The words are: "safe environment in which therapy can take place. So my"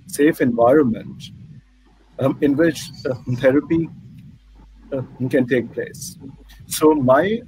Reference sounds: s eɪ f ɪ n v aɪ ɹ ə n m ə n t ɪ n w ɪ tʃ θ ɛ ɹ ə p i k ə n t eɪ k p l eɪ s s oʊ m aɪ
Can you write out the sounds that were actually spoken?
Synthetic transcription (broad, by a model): s eɪ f ɪ n v aɪ ɹ ə n m ə n t ɪ n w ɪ tʃ t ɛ ɹ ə p i k ə n t eɪ k p l eɪ s s oʊ m aɪ